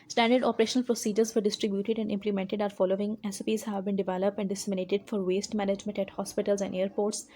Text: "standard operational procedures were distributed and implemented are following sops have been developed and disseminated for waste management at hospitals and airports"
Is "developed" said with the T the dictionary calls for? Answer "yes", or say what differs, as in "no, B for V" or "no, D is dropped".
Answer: yes